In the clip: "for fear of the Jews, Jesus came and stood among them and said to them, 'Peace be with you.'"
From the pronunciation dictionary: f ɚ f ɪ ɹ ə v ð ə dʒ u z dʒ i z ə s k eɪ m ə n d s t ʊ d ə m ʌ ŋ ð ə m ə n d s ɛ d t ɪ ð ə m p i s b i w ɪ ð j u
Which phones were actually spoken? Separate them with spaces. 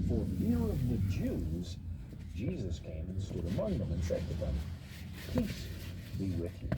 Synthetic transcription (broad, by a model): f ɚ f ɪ ɹ ə v ð ə dʒ u z dʒ i z ə s k eɪ m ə n s t ʊ d ə m ʌ ŋ ð ə m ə n s ɛ d t ɪ ð ə m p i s b i w ɪ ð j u